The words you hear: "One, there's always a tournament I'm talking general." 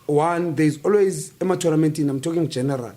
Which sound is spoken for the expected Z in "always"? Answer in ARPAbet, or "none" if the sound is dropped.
Z